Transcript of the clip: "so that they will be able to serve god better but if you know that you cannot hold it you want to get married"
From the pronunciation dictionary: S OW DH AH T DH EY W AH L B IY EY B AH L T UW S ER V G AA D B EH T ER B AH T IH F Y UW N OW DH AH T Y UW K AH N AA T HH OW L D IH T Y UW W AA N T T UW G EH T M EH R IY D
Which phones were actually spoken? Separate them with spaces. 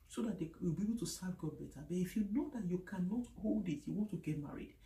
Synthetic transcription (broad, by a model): S OW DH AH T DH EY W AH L B IY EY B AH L T UW S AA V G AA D B EH T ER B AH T IH F Y UW N OW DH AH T Y UW K AH N AA T HH OW L D IH T Y UW W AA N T T UW G EH T M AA R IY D